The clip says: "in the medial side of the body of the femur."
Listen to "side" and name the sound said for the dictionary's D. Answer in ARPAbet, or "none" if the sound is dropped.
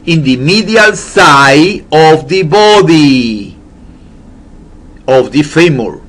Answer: none